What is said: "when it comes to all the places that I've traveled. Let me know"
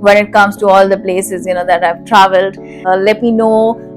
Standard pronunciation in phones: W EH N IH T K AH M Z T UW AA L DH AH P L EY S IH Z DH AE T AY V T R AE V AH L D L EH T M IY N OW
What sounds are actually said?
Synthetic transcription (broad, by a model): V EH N IH T K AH M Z T UW AA L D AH P L EY S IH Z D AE T AY V T R AE V AH L D L EH T M IY N OW